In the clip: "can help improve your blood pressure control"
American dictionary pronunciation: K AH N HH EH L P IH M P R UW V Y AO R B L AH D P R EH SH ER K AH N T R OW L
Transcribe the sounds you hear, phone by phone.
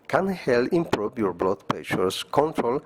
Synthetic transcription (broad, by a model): K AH N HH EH L IH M P R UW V Y AO R B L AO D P EH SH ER K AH N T R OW L